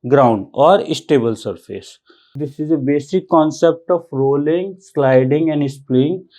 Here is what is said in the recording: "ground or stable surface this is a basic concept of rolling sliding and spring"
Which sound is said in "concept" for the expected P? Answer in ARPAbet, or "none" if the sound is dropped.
P